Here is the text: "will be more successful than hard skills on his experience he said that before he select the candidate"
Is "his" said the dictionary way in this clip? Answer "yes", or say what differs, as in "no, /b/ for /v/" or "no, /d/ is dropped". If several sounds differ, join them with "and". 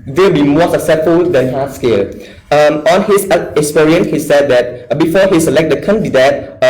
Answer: no, /s/ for /z/